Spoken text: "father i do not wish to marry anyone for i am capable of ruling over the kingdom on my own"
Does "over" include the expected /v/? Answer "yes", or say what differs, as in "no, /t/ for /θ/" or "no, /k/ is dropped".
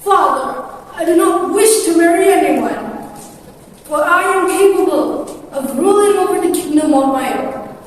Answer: no, /p/ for /v/